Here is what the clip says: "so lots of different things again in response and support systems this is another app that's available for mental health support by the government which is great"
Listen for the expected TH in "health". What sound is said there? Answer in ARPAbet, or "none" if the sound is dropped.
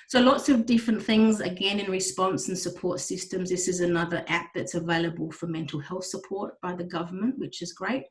TH